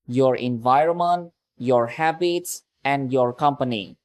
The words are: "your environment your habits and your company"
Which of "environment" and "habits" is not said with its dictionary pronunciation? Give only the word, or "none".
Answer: none